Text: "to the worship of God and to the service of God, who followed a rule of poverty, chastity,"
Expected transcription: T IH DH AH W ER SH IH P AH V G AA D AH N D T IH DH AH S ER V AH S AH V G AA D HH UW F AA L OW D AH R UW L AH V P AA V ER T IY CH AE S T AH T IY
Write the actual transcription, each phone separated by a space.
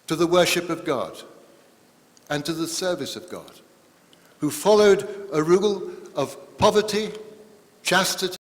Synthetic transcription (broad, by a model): T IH DH AH W ER SH IH P AH V G AA D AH N T IH DH AH S ER V AH S AH V G AA D HH UW F AA L OW D AH R UW L AH V P AA V ER T IY CH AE S T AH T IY